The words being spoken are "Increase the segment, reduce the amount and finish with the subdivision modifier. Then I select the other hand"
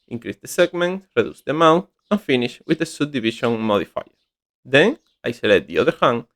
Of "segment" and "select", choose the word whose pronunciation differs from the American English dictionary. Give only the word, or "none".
select